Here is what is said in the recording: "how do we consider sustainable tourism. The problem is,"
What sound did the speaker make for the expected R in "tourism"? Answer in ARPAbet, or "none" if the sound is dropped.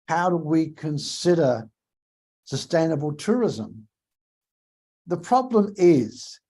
R